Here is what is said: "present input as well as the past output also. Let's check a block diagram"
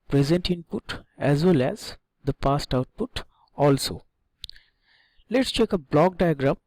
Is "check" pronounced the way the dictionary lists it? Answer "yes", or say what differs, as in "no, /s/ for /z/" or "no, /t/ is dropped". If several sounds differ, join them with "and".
yes